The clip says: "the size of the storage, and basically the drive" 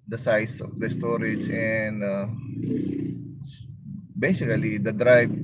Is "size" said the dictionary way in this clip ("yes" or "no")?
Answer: no